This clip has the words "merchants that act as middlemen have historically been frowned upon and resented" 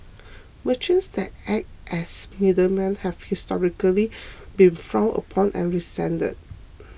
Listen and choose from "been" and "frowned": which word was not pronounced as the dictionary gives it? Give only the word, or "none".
frowned